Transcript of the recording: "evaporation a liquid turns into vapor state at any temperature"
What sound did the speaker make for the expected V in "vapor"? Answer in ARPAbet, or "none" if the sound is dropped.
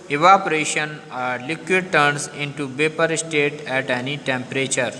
B